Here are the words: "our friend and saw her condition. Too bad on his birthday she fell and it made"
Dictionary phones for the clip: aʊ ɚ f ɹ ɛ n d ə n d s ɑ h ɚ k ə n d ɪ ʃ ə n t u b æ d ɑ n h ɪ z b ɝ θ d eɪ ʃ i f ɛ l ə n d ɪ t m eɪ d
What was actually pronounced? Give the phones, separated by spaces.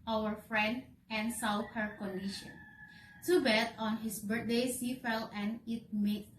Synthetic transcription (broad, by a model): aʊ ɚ f ɹ ɛ n d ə n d s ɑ h ɚ k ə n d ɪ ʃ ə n t u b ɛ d ɑ n h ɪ s b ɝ t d eɪ s i f ɛ l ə n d ɪ t m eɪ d